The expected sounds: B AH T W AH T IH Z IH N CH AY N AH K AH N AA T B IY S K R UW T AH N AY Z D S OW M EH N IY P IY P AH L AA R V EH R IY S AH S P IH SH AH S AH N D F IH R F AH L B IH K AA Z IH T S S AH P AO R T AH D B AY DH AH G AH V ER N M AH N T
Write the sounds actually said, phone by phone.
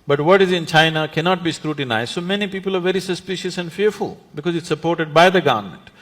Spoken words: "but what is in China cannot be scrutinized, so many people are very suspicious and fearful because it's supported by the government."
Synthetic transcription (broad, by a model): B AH T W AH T IH Z IH N CH AY N AH K AH N AA T B IY S K R UW T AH N AY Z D S OW M EH N IY P IY P AH L AA R V EH R IY S AH S P IH SH AH S AH N D F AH R F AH L B IH K AA Z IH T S S AH P AO R T AH D B AY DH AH G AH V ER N M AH N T